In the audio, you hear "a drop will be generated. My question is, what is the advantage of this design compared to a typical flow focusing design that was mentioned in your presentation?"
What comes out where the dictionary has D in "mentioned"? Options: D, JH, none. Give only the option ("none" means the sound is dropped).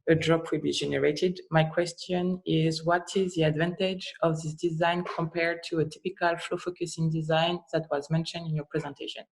D